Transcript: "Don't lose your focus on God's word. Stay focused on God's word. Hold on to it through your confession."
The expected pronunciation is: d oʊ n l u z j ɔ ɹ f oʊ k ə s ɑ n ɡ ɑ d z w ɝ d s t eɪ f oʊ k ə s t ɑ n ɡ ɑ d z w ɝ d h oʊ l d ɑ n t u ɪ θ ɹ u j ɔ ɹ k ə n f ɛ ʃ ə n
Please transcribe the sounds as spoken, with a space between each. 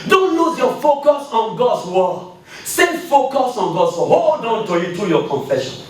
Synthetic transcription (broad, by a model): d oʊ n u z j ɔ f oʊ k ə s ɑ n ɡ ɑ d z w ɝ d s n f oʊ k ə s ɑ n ɡ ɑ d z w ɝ h oʊ l d ɑ n t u ɪ t ɹ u j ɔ k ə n f ɛ ʃ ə n